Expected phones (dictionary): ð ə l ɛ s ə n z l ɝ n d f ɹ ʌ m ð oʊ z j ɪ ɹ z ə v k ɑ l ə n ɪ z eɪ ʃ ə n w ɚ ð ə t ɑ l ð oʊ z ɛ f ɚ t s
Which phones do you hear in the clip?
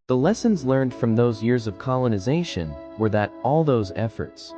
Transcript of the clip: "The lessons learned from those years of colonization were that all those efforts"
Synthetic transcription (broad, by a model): ð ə l ɛ s ə n z l ɝ n d f ɹ ʌ m ð oʊ z j ɪ ɹ z ə v k ɑ l ə n ɪ z eɪ ʃ ə n w ɚ ð ə t ɑ l ð oʊ z ɛ f ɚ t s